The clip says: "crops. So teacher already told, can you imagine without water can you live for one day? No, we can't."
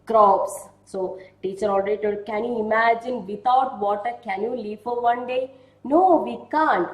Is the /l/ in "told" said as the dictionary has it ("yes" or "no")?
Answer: no